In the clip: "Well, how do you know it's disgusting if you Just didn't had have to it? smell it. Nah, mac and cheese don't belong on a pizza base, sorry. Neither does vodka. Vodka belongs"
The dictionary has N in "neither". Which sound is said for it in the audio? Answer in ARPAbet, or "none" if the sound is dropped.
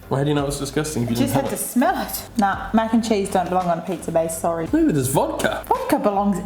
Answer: L